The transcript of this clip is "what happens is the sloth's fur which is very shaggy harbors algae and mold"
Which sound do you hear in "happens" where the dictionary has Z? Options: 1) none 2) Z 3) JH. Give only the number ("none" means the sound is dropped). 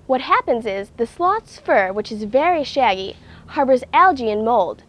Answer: 2